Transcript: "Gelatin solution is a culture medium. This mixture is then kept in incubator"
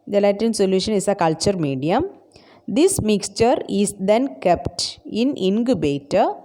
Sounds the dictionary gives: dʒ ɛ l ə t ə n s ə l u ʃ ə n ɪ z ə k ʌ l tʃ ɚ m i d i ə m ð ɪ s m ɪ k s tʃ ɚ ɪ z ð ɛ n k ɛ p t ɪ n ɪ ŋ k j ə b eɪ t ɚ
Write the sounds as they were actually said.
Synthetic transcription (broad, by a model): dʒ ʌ l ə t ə n s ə l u ʃ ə n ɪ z ə k ʌ l tʃ ɚ m i d i ə m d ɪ s m ɪ k s tʃ ɚ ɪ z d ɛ n k ɛ p t ɪ n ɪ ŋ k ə b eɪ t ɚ